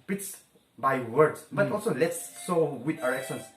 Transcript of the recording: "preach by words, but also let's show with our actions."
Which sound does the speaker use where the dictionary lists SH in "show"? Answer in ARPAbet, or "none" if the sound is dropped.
S